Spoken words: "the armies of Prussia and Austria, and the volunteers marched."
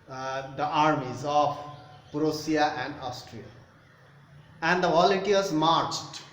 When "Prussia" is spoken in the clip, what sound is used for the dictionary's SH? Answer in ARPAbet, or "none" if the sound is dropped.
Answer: S